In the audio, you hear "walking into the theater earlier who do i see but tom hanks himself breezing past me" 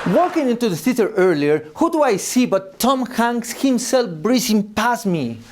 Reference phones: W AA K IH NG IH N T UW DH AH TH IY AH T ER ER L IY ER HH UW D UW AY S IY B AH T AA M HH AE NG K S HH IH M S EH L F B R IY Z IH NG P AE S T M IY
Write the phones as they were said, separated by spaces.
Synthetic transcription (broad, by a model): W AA K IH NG IH N T UW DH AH S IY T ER ER L IY ER HH UW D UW AY S IY B AH T AA M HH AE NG S HH IH M S EH L F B R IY S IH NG P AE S M IY